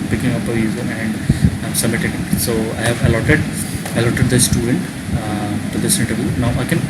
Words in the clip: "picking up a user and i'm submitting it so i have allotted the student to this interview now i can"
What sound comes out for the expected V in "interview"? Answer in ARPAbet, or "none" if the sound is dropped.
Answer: V